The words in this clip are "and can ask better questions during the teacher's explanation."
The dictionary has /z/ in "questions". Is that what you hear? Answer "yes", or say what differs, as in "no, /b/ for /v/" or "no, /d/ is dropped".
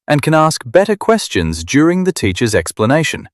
yes